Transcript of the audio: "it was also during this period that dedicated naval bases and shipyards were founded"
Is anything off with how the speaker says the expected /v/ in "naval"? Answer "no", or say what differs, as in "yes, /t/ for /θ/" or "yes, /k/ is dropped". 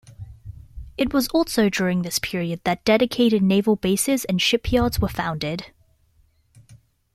no